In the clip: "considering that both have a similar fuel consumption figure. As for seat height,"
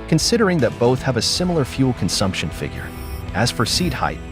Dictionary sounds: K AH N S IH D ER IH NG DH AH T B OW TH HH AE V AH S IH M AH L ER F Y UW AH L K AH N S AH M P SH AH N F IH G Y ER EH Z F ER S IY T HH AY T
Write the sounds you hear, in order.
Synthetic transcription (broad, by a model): K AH N S IH D ER IH NG DH AH T B OW TH HH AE V AH S IH M L ER F Y UW L K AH N S AH M P SH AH N F IH G Y ER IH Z F ER S IY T HH AY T